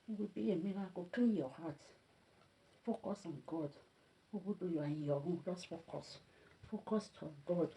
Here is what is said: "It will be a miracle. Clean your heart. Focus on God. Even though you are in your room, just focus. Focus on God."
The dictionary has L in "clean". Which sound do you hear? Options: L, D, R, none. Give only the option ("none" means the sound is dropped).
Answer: none